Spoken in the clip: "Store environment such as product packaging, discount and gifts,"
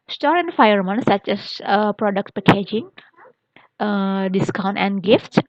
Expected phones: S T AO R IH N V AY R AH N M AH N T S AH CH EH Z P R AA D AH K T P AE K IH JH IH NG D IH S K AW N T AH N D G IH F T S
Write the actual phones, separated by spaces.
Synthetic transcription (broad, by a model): S T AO R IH N F AY AH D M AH N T S AH CH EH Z P R AA D AH K T P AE K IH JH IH NG D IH S K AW N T AH N D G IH F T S